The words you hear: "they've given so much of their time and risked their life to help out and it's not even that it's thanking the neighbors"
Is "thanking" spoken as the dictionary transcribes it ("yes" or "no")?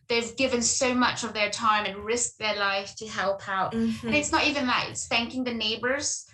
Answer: yes